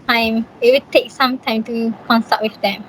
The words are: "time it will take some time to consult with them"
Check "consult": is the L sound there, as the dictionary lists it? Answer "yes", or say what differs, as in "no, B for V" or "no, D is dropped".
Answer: no, L is dropped